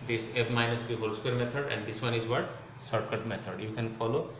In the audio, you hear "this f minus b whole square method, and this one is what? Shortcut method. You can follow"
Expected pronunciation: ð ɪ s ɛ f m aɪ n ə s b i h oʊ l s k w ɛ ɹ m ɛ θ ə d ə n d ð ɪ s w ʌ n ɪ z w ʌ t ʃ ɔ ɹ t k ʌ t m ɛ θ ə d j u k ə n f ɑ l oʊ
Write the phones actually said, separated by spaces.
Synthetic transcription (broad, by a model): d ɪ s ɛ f m aɪ n ə s b i h oʊ l s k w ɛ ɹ m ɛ t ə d ə n d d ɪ s w ʌ n ɪ z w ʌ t s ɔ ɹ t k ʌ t m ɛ t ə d j u k ə n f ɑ l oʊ